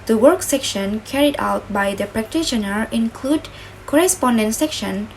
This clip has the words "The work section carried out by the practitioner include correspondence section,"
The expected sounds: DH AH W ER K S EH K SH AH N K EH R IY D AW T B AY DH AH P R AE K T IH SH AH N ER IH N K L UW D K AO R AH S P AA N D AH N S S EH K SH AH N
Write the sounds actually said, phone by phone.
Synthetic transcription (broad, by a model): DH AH W ER K S EH K SH AH N K EH R IY D AW T B AY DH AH P R AE K T IH SH AH N ER IH N K L UW D K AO R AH S P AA N D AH N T S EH K SH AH N